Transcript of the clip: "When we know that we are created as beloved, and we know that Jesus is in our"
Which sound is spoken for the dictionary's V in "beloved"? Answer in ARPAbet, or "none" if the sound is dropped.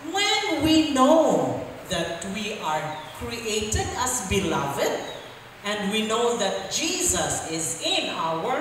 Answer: V